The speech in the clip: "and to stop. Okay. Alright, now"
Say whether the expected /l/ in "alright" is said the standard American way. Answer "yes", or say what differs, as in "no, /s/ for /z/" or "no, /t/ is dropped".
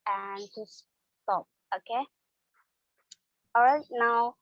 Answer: no, /l/ is dropped